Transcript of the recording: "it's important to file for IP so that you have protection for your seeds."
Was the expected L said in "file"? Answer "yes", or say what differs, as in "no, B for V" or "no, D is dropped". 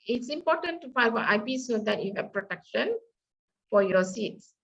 no, N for L